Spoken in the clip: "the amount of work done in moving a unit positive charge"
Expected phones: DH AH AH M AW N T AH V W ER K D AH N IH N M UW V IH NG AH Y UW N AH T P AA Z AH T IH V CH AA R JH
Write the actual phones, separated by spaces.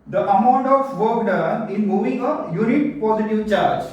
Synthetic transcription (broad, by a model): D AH AH M AW N T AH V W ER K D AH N IH N M UW V IH NG AH Y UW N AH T P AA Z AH T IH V CH AA R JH